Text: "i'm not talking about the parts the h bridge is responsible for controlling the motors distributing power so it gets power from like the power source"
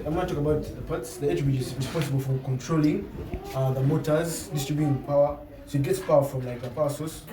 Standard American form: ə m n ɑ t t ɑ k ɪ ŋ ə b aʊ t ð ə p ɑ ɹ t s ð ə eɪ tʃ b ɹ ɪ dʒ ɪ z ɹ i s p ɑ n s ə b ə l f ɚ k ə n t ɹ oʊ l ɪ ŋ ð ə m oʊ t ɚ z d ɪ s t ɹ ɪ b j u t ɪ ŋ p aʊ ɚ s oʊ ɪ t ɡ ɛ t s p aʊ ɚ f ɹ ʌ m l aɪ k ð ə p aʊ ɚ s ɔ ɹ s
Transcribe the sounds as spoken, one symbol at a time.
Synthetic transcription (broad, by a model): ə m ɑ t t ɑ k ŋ ə b aʊ t ð ə p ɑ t s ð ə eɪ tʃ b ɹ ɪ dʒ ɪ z ɹ i s p ɑ n s ə b ə l f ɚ k ə n t ɹ oʊ l ɪ ŋ ð ə m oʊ t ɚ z d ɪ s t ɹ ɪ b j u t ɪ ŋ p aʊ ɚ s oʊ ɪ t ɡ ɛ t s p aʊ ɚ f ɹ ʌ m l aɪ k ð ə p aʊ s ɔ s